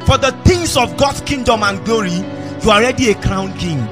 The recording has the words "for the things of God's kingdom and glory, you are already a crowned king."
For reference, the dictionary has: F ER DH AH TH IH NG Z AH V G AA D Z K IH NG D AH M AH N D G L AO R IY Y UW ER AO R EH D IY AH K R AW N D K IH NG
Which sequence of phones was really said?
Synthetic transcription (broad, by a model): F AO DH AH T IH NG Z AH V G AA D S K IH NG D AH M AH N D G L AO R IY Y UW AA R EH D IY AH K R AW N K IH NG